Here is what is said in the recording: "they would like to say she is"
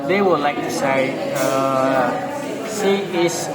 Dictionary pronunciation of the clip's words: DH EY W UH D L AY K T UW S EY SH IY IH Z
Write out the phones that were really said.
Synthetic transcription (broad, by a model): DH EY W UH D L AY K T UW S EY S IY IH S